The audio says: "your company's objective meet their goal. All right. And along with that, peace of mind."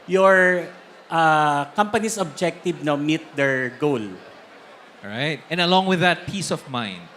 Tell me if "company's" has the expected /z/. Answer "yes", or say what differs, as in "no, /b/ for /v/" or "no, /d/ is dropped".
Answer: no, /s/ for /z/